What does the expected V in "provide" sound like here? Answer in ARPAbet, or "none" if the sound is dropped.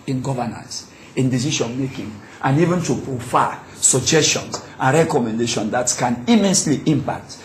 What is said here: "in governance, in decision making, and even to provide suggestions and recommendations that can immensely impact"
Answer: F